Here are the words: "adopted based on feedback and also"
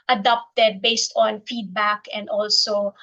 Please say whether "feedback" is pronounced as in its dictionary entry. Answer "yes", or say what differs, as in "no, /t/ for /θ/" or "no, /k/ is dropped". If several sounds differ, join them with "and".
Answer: yes